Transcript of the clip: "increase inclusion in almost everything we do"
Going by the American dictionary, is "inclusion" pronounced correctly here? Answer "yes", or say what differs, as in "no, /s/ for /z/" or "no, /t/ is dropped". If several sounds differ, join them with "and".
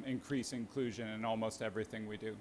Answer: yes